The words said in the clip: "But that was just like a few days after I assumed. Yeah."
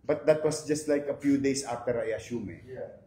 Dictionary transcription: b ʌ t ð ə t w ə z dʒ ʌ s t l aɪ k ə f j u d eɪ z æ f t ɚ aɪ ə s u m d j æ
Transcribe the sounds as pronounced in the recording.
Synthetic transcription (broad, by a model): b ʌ t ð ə t w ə s dʒ ʌ s t l aɪ k ə f j u d eɪ s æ f t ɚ aɪ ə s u m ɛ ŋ